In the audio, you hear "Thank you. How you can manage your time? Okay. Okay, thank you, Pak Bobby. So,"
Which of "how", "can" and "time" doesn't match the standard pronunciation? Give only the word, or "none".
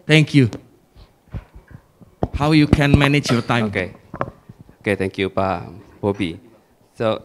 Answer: time